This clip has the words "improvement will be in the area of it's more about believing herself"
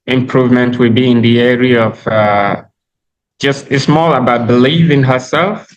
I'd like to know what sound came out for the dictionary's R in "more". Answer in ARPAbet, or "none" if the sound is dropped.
L